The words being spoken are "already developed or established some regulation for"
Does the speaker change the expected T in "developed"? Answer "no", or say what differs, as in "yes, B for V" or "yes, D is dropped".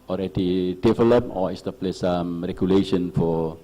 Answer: yes, T is dropped